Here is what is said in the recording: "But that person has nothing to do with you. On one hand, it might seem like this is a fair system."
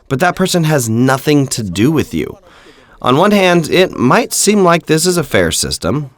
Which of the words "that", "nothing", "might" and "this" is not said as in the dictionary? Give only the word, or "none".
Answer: none